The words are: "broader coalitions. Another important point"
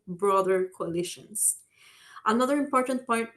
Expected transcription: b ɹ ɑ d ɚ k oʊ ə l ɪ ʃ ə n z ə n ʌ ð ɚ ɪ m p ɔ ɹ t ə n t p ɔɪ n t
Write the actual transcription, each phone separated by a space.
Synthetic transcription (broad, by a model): b ɹ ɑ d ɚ k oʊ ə l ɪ ʃ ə n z ə n ʌ ð ɚ ɪ m p ɔ ɹ t ə n t p ɔɪ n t